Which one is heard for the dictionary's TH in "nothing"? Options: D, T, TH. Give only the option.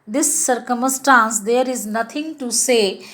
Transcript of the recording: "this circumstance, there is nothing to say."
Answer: T